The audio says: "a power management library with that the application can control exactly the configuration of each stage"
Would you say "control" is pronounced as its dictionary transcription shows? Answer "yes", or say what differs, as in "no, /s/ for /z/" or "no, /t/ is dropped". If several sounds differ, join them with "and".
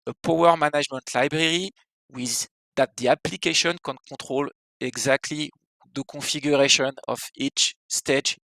no, /n/ is dropped